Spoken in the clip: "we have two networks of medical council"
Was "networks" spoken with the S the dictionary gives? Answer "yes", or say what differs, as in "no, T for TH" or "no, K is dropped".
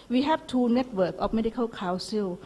no, S is dropped